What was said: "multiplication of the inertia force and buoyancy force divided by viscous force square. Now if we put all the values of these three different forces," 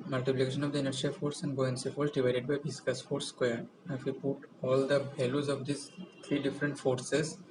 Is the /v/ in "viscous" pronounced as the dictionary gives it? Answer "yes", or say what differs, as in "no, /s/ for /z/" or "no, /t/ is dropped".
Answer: no, /b/ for /v/